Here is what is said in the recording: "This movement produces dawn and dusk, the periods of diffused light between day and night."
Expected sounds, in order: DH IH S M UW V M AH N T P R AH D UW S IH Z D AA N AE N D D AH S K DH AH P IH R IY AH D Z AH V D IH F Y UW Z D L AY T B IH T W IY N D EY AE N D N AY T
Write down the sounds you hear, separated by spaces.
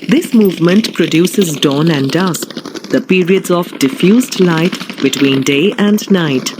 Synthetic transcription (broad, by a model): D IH S M UW V M AH N T P R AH D UW S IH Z D AA N AE N D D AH S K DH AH P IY R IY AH D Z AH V D IH F Y UW Z D L AY T B IH T W IY N D EY AE N D N AY T